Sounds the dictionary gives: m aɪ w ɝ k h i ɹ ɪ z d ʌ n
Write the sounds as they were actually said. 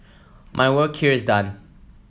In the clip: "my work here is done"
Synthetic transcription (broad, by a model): m aɪ w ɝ k h i ɹ ɪ z d ʌ n